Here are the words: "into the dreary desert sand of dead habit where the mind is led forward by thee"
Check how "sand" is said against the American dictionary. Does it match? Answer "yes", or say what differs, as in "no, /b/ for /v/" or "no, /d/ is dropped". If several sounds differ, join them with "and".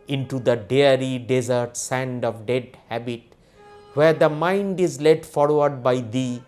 yes